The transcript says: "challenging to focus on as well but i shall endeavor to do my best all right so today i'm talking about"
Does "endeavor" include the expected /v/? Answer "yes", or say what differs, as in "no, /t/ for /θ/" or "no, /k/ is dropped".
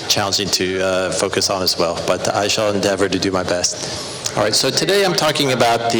yes